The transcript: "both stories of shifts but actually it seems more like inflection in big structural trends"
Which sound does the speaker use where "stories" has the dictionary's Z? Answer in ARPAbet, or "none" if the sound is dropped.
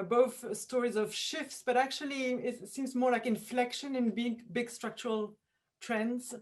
Z